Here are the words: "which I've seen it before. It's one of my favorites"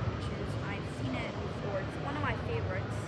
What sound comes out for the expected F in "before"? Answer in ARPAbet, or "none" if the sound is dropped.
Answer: P